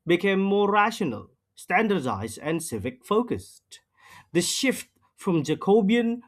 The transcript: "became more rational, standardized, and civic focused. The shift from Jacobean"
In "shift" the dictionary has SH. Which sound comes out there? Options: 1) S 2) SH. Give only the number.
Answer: 2